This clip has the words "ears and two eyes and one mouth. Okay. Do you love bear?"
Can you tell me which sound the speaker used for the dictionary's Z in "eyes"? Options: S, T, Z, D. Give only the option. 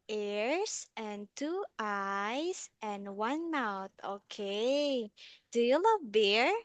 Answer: S